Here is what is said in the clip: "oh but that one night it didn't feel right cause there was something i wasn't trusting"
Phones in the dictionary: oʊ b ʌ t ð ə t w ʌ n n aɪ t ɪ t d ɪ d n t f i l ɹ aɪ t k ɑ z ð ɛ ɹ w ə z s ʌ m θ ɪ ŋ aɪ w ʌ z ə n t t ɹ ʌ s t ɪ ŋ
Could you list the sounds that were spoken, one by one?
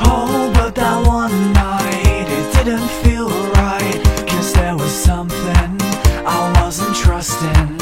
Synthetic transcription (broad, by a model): oʊ b ʌ t ð ə t w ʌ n n aɪ t ɪ t d ɪ d n t f i l ɹ aɪ t k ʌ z ð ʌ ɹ w ə z s ʌ m θ ɪ ŋ aɪ w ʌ z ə n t t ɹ ʌ s t ɪ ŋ